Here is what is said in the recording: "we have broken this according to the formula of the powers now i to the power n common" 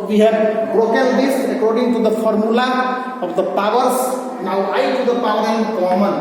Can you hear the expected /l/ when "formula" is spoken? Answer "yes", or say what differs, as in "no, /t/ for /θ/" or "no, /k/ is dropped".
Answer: yes